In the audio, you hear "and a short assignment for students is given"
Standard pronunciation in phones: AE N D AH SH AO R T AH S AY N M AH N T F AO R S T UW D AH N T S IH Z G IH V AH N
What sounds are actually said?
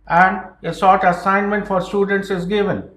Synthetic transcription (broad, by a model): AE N D AH S AO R T AH S AY N M AH N T F AO R S T UW D AH N T S IH Z G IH V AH N